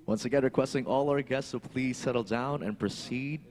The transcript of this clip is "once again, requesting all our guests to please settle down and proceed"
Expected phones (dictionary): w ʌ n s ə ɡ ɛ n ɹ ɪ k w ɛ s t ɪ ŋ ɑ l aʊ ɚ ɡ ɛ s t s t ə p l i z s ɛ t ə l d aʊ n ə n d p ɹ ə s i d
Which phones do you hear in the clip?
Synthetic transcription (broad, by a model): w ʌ n s ə ɡ ɛ n ɹ ɪ k w ɛ s t ɪ ŋ ɑ l aʊ ɚ ɡ ɛ s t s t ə p l i z s ɛ t l d aʊ n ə n p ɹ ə s i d